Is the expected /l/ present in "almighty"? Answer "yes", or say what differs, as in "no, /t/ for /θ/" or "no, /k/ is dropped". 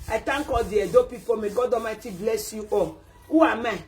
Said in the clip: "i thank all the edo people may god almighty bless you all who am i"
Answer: no, /l/ is dropped